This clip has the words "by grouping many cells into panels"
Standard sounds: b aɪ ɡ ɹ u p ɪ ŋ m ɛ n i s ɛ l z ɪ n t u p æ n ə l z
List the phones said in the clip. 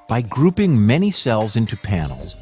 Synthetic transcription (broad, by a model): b aɪ ɡ ɹ u p ɪ ŋ m ɛ n i s ɛ l z ɪ n t u p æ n l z